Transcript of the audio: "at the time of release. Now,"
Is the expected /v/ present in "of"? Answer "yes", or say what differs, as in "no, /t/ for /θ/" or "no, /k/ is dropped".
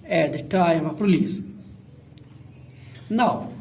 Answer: no, /p/ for /v/